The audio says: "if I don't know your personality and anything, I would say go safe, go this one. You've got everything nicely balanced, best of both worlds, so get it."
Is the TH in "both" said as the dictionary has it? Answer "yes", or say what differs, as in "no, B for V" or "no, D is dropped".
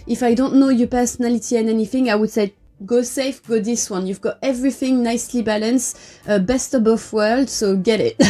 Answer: no, F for TH